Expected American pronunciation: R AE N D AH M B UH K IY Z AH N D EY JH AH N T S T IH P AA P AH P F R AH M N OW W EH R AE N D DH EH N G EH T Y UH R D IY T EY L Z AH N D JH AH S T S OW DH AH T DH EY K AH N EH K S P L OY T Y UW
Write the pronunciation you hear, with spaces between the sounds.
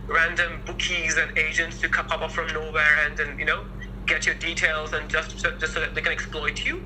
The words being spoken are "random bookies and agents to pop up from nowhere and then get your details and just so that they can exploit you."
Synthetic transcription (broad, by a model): R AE N D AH M B UH K IY Z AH N EY JH AH N T S T IH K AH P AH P F R AH M N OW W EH R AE N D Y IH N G EH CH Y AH R D IY T EY L Z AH N JH AH S T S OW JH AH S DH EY K AH N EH K S P L OY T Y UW